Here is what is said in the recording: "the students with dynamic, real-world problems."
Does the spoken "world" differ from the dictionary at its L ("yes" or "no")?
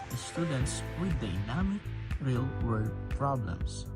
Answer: yes